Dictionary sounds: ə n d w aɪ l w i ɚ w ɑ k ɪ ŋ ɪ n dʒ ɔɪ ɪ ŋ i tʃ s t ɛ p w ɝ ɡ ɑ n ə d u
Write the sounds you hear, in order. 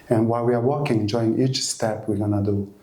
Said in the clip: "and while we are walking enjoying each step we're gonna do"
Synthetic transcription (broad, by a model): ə n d w aɪ l w i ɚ w ɑ k ɪ ŋ ɪ n dʒ ɔɪ ɪ ŋ i tʃ s t ɛ p w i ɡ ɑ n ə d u